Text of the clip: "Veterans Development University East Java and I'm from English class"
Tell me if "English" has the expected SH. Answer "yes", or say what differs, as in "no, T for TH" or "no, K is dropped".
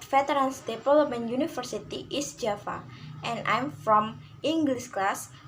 no, S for SH